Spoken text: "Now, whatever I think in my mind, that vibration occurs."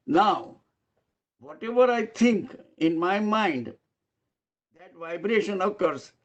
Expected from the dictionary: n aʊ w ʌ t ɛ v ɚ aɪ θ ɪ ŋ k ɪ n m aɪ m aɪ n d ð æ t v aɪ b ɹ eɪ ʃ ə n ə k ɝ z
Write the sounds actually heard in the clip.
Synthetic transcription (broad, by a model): n aʊ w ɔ t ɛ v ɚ aɪ t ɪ ŋ k ɪ n m aɪ m aɪ n d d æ t v aɪ b ɹ eɪ ʃ ə n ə k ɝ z